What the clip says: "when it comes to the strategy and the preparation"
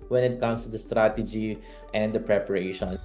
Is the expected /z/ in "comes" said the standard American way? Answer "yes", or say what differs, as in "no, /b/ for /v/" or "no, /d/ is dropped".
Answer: no, /s/ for /z/